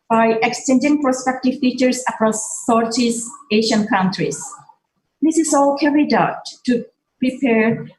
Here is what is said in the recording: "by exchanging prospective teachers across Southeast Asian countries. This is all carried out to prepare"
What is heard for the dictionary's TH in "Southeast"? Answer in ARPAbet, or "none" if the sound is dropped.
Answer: T